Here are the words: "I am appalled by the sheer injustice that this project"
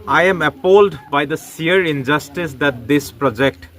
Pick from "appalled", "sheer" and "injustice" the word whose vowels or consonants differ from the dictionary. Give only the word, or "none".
sheer